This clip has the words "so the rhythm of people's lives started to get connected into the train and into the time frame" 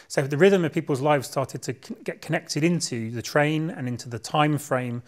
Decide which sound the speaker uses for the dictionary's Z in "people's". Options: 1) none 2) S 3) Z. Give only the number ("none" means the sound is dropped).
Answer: 3